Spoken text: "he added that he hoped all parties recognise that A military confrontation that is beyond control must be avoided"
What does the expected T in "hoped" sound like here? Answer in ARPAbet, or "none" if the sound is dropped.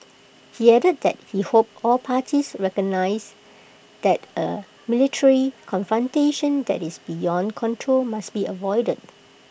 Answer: none